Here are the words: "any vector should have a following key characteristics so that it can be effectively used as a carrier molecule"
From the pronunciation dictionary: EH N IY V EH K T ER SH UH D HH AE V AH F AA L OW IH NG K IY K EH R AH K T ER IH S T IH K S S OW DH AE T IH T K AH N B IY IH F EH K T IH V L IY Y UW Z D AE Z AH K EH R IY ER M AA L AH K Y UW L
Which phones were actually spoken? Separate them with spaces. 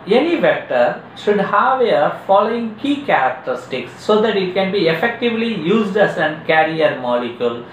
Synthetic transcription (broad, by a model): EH N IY V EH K T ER SH UH D HH AE V AH F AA L OW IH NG K IY K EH R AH K T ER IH S T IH K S S OW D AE T IH T K AH N B IY IH F EH K T IH V L IY Y UW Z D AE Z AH K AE R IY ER M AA L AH K Y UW L